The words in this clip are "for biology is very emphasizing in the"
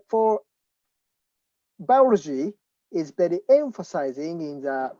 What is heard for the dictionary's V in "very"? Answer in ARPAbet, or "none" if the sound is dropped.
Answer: B